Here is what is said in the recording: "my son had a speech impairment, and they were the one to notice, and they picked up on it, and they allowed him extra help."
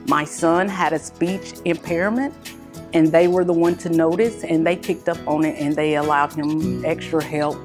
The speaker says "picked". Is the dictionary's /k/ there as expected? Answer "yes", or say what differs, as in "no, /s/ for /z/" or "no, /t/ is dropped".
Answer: yes